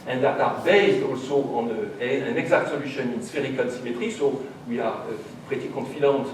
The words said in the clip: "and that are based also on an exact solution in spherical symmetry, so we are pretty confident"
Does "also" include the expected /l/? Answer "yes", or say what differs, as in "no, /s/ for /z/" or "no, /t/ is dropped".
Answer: yes